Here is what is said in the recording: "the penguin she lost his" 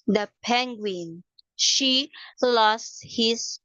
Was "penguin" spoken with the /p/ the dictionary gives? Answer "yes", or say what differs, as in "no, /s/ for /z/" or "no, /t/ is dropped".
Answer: yes